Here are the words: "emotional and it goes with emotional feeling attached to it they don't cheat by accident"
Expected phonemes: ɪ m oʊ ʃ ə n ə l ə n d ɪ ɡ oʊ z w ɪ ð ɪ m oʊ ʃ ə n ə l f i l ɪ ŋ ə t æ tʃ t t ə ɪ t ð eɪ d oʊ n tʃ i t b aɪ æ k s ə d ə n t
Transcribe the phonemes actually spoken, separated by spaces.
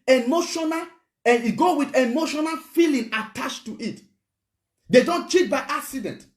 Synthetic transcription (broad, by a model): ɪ m oʊ ʃ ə n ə l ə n ɪ ɡ oʊ w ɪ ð ɪ m oʊ ʃ ə n ə l f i l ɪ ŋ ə t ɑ tʃ t t ə t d eɪ d oʊ n tʃ i t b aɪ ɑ k s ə d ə n t